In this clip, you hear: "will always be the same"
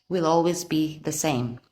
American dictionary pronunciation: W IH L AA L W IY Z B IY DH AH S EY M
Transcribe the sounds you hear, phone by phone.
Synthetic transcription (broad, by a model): W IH L AA L W IY Z B IY DH AH S EY M